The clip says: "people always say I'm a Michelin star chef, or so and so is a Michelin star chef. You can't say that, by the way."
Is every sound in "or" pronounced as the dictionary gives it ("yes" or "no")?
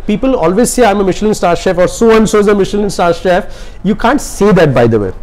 yes